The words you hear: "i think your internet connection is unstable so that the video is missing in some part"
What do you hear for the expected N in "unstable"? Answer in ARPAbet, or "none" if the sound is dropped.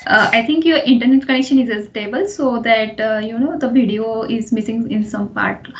none